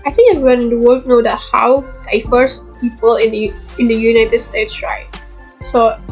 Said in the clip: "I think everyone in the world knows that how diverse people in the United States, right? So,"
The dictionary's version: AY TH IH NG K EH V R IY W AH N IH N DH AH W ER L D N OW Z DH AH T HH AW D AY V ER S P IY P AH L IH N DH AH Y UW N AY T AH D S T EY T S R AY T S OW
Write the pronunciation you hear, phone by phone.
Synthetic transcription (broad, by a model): AY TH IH NG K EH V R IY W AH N IH N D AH W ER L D N OW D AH T HH AW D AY F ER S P IY P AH L IH N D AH Y UW N AY T AH D S T EY T S R AY T S OW